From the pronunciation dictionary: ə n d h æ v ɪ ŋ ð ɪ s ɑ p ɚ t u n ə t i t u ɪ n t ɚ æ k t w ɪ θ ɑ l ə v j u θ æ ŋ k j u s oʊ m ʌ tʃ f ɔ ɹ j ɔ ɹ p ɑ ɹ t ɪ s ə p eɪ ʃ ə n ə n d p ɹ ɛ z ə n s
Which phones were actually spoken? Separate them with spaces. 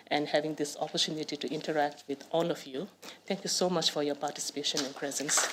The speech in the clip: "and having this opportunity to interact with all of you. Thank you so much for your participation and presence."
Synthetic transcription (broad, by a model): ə n d h æ v ɪ ŋ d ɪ s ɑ p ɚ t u n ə t i t u ɪ n t ɚ æ k t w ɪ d ɑ l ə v j u t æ ŋ k j u s oʊ m ʌ tʃ f ɔ ɹ j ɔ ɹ p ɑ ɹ t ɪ s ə p eɪ ʃ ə n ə n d p ɹ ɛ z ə n s